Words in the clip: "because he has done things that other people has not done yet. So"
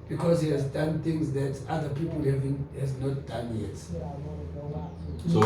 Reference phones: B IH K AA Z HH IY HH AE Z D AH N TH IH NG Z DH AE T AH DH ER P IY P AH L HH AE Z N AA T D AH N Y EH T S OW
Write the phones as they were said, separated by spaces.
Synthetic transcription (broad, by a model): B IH K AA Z HH IY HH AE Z D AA N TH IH NG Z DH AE T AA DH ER P IY P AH N HH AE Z N AA T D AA N Y EH T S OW